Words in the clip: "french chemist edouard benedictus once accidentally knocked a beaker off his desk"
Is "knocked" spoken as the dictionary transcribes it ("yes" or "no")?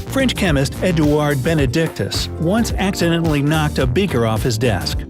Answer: yes